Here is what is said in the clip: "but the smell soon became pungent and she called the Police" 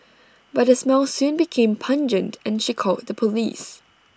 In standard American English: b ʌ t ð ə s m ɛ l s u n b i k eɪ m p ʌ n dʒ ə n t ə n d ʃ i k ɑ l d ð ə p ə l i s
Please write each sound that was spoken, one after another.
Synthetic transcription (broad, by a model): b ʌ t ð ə s m ɛ l s u n b i k eɪ m p ʌ n dʒ ə n t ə n ʃ i k ɑ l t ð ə p ə l i s